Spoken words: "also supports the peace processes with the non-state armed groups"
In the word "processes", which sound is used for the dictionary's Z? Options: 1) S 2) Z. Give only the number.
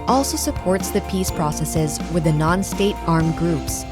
2